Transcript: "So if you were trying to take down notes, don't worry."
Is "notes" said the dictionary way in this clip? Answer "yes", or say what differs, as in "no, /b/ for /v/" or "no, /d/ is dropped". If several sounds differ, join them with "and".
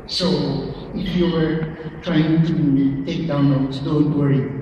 no, /l/ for /n/